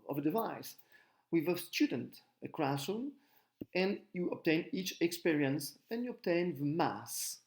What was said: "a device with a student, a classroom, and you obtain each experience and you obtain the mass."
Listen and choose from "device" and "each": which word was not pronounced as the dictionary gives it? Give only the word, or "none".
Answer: none